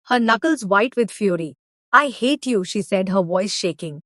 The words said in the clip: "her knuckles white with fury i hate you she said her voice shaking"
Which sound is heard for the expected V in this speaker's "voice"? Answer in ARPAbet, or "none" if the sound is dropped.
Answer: V